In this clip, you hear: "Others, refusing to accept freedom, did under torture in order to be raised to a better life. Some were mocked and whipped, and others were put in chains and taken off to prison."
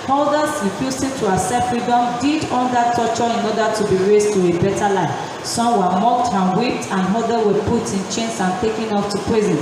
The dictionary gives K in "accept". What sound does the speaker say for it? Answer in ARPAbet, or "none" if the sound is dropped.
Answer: none